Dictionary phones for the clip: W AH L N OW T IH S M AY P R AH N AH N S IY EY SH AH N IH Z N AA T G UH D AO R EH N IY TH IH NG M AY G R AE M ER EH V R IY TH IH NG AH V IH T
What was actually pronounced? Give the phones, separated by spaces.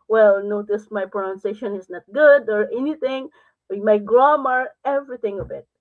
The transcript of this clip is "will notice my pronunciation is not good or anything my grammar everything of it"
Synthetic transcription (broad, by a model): W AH L N OW T IH S M AY P R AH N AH N S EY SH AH N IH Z N AA T G UH D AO R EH N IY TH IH NG M AY G R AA M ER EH V R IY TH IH NG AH B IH T